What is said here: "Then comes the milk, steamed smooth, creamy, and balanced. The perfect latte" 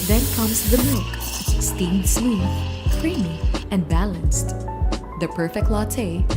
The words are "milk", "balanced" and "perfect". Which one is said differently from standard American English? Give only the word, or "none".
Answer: milk